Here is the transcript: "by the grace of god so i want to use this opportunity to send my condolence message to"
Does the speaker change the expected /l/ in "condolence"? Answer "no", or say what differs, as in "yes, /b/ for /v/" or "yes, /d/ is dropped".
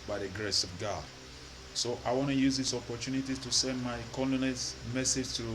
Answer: yes, /n/ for /l/